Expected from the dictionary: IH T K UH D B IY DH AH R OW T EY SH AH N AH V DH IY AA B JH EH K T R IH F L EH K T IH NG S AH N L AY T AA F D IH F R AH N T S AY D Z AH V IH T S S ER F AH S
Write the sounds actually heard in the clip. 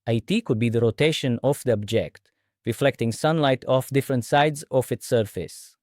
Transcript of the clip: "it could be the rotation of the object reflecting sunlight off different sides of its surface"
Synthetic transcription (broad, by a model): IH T K UH D B IY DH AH R OW T EY SH AH N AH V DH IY AA B JH EH K T R IH F L EH K T IH NG S AH N L AY T AA F D IH F R AH N T S AY D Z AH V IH T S S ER F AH S